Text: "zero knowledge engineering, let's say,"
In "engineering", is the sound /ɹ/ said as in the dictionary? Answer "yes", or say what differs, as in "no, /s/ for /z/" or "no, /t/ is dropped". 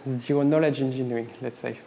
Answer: no, /ɹ/ is dropped